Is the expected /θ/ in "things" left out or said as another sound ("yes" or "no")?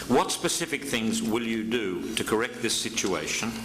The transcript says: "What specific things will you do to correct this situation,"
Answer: no